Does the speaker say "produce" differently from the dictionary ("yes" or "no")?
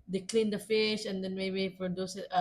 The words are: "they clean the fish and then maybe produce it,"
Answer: yes